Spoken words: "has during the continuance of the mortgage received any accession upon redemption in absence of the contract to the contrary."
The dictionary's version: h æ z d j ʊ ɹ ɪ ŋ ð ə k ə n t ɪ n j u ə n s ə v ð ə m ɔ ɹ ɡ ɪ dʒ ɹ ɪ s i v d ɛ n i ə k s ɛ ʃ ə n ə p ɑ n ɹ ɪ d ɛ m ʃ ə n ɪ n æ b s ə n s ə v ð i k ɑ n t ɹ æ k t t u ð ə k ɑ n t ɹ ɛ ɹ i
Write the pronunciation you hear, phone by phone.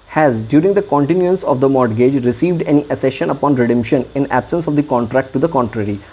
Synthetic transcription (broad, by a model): h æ z d j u ɹ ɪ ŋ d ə k ə n t ɪ n j u ə n s ə v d ə m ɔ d ɡ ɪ dʒ ɹ ɪ s i v d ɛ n i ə s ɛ ʃ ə n ə p ɑ n ɹ ɪ d ɛ m ʃ ə n ɪ n æ b s ə n s ə v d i k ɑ n t ɹ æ k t t u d ə k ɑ n t ɹ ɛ ɹ i